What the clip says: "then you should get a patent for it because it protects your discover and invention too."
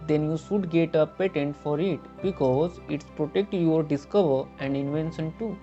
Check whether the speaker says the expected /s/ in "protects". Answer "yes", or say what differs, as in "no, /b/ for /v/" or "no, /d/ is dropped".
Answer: no, /s/ is dropped